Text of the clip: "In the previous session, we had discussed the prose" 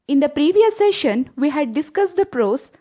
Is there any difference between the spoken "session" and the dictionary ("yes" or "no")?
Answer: no